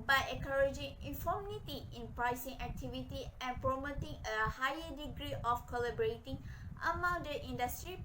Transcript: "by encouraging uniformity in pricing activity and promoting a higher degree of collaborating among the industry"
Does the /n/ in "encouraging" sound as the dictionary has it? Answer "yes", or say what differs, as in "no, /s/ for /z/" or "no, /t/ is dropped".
no, /n/ is dropped